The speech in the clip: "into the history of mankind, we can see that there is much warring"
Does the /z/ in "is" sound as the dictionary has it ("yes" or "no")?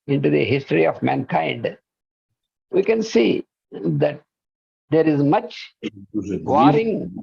yes